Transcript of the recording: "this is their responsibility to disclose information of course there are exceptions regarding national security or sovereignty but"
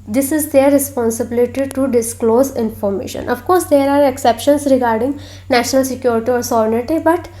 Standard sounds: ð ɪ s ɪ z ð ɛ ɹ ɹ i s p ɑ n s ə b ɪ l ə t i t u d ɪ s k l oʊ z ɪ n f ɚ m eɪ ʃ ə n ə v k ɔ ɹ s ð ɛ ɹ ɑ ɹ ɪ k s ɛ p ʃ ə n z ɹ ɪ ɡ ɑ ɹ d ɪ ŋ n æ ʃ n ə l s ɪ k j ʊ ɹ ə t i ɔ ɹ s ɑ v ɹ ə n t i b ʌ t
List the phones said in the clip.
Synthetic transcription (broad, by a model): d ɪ s ɪ z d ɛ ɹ ɹ i s p ɑ n s ə b ɪ l ə t i t u d ɪ s k l oʊ z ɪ n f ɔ m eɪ ʃ ə n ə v k ɔ ɹ s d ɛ ɹ ɑ ɹ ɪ k s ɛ p ʃ ə n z ɹ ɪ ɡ ɑ ɹ d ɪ ŋ n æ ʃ n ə l s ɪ k j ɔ ɹ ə t i ɔ ɹ s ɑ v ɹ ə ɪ t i b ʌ t